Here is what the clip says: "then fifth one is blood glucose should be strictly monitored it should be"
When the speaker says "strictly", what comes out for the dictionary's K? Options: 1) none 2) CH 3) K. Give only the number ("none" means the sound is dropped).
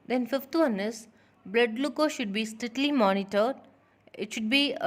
1